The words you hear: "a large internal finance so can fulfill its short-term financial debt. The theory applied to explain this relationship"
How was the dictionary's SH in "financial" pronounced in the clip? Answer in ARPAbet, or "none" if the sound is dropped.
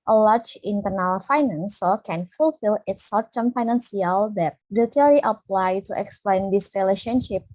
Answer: S